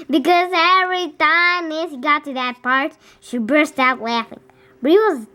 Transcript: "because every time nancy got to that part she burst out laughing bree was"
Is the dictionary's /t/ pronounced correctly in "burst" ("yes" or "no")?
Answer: yes